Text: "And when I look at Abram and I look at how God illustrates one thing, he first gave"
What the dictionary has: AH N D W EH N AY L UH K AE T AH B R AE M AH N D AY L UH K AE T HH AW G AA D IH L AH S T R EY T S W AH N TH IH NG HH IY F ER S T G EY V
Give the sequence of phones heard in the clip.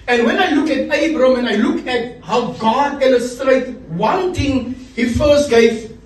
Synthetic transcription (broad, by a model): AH N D W EH N AY L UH K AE T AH B R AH M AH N AY L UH K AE T HH AW G AA D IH L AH S T R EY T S W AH N T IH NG HH IY F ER S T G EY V